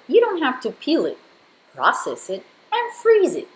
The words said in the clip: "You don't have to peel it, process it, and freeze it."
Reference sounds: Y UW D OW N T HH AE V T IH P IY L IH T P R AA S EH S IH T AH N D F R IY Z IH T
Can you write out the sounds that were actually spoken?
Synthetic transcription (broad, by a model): Y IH D OW N T HH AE F T IH P IY L IH T P R AA S EH S IH T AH N F R IY Z IH T